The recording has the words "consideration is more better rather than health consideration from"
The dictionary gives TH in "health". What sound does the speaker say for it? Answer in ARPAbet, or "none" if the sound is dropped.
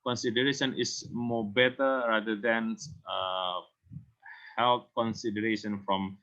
T